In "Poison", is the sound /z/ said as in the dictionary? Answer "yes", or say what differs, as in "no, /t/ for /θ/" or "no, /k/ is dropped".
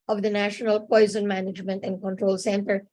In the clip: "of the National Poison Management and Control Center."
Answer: yes